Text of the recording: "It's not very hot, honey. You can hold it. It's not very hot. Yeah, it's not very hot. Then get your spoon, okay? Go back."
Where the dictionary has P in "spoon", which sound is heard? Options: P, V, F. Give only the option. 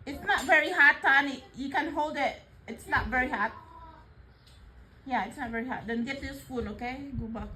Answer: F